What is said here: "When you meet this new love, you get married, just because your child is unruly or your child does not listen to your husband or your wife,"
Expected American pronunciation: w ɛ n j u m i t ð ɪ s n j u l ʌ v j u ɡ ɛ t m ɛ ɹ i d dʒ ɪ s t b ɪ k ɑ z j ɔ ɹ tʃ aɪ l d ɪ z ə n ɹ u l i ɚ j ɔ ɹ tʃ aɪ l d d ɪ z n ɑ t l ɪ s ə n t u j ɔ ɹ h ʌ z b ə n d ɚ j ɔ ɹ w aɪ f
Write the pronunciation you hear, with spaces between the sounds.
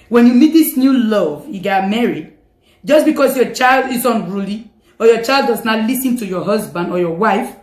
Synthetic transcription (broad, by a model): w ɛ n j u m i t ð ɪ s n j u l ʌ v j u ɡ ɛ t m ɛ ɹ i d dʒ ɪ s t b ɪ k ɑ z j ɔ tʃ aɪ l d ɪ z ə n ɹ u l i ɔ j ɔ tʃ aɪ l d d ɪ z n ɑ t l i s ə n t u j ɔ h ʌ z b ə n d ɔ j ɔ w aɪ f